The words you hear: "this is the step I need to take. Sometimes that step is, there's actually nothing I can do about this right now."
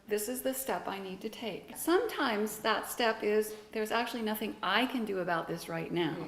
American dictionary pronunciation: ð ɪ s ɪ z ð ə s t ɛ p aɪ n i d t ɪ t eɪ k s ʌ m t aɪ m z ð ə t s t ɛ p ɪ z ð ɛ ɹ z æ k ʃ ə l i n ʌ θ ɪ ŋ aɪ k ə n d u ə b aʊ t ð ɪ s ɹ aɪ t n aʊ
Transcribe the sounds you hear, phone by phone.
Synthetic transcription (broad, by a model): ð ɪ s ɪ z ð ə s t ɛ p aɪ n i d t ɪ t eɪ k s ʌ m t aɪ m z ð ə t s t ɛ p ɪ z ð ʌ ɹ z æ k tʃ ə l i n ʌ θ ɪ ŋ aɪ k ə n d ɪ ə b aʊ t ð ɪ s ɹ aɪ t n aʊ